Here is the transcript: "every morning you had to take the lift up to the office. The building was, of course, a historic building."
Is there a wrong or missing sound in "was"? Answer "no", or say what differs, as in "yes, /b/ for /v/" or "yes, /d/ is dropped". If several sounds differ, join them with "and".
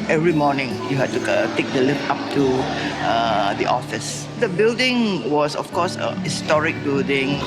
yes, /s/ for /z/